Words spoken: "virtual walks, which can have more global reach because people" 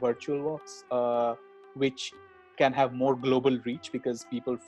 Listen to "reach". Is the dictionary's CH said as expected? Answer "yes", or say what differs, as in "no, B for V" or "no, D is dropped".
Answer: yes